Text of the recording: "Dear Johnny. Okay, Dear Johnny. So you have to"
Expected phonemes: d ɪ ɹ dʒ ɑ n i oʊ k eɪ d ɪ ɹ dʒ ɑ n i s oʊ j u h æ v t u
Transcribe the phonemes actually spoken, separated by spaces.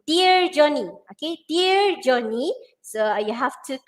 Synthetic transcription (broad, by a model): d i ɹ dʒ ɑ n i oʊ k eɪ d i ɹ dʒ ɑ n i s oʊ j u h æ f t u